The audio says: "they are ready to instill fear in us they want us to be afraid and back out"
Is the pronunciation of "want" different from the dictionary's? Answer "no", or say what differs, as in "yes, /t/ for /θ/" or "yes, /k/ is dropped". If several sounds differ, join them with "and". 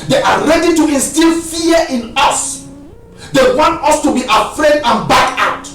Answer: no